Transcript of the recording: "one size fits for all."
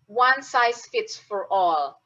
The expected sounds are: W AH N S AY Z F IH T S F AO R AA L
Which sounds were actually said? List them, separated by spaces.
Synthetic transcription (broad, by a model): W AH N S AY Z F IH T S F AO R AA L